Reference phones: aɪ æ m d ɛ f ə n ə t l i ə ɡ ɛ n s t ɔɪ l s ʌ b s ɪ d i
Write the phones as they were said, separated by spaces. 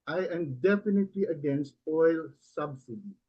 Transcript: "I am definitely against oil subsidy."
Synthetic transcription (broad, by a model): aɪ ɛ m d ɛ f ə n ə t l i ə ɡ ɛ n s t ɔɪ l s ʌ b s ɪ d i